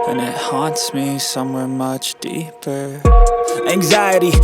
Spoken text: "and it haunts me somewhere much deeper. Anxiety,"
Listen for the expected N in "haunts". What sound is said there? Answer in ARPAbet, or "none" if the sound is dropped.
N